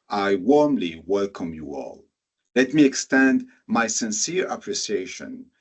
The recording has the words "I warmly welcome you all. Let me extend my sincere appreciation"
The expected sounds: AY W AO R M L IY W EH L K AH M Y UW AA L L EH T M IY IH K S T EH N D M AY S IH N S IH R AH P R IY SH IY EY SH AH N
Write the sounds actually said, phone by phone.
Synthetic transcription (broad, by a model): AY W AO R M L IY W EH L K AH M Y UW AA L L EH T M IY IH K S T EH N D M AY S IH N S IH R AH P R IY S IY EY SH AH N